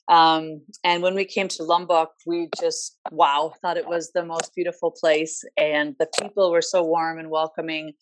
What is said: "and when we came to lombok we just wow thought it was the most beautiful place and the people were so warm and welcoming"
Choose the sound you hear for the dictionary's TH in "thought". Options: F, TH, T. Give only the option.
TH